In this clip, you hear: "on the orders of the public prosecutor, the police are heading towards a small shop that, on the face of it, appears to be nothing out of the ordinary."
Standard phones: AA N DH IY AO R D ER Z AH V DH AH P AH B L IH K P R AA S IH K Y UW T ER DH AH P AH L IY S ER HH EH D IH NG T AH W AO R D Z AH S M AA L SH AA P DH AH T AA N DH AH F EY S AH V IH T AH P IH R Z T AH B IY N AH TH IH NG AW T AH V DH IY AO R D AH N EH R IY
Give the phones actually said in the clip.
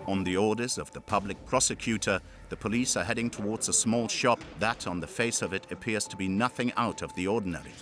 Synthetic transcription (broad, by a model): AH N DH IY AO R D ER Z AH V DH AH P AH B L IH K P R AA S IH K Y UW T ER DH AH P AH L IY S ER HH EH D IH NG T AH W AO R D Z AH S M AA L SH AA P DH AH T N DH AH F EY S AH V IH T AH P IH R Z T AH B IY N AH TH IH NG AW T AH V DH IY AO R D N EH R IY